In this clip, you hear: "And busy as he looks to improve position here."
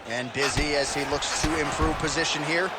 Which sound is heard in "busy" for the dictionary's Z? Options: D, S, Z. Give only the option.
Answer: Z